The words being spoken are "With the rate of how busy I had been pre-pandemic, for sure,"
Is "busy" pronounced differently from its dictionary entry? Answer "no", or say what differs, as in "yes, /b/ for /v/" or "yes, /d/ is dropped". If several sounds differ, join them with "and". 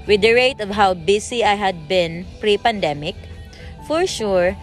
yes, /s/ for /z/